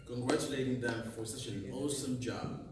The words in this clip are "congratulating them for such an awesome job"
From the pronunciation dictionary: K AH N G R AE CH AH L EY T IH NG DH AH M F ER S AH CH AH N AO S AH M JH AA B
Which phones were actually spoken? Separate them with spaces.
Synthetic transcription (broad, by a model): K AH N G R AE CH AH L EY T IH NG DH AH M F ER S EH SH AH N AO S AH M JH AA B